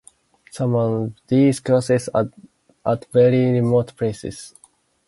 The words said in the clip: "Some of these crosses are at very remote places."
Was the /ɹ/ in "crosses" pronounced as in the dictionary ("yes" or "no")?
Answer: no